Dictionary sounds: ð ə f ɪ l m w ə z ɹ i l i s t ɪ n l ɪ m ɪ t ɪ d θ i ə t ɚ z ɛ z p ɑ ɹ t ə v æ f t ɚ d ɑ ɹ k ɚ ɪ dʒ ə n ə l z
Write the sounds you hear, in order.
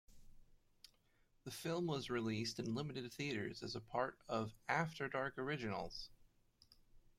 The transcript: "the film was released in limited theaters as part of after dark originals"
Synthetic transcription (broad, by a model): ð ə f ɪ l m w ə z ɹ i l i s t ɪ n l ɪ m ɪ t ɪ d θ i ə t ɚ z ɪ z p ɑ ɹ t ə v æ f t ɚ d ɑ ɹ k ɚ ɪ dʒ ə n l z